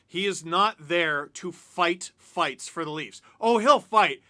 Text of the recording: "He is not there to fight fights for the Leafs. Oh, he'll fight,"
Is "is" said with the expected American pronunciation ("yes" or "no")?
yes